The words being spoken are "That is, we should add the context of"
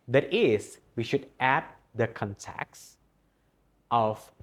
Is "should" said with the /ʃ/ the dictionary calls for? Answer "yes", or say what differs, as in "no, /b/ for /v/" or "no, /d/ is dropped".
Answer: yes